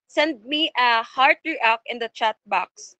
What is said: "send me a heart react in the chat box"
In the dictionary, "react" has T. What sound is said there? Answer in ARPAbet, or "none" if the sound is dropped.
none